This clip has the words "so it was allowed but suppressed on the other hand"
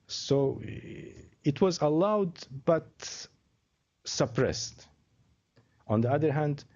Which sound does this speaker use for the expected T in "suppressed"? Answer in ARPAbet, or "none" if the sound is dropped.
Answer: T